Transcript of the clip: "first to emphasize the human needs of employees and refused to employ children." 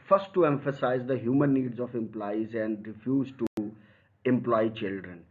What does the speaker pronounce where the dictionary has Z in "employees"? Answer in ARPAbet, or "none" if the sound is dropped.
Z